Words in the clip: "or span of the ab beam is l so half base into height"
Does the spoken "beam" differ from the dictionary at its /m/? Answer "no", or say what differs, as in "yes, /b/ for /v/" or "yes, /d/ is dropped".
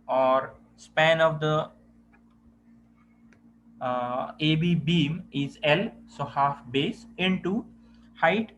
no